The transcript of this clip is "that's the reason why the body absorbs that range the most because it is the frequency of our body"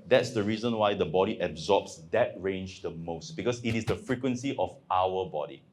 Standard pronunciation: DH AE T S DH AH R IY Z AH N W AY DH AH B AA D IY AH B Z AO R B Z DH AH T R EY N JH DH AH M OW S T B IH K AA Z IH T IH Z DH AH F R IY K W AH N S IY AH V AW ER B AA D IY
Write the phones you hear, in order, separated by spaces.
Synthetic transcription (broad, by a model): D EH T S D AH R IY Z AH N W AY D AH B AA D IY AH B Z AO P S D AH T R EY N JH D AH M OW S T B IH K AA S IH T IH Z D AH F R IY K W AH N S IY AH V AW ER B AA D IY